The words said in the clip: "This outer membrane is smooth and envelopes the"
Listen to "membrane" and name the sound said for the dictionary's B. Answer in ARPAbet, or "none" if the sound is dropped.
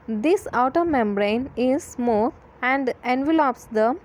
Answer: B